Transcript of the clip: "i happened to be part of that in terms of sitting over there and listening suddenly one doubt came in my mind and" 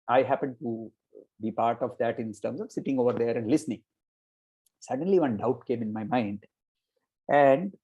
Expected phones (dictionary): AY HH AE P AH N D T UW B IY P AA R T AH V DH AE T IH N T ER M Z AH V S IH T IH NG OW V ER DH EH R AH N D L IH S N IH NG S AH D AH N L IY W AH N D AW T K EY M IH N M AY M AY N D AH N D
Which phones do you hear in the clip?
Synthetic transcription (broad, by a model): AY HH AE P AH N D T UW B IY P AA R T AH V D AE T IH N T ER M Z AH V S IH T IH NG OW V ER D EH R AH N D L IH S N IH NG S AH D AH N L IY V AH N D AW T K EY M IH N M AY M AY N D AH N D